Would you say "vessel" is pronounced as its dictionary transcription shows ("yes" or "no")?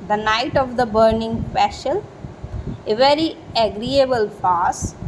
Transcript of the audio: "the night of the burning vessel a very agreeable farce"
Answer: no